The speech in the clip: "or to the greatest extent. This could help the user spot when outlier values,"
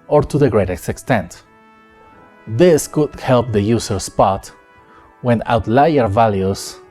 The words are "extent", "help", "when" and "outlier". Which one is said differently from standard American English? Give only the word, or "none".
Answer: none